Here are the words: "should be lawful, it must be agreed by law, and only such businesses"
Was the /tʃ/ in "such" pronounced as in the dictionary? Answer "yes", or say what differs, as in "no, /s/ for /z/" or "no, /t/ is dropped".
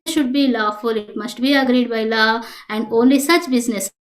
yes